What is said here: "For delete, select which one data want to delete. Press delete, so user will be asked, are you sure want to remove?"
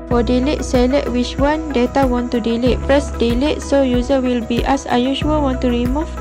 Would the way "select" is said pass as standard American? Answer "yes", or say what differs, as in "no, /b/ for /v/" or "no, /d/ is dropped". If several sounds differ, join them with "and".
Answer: no, /k/ is dropped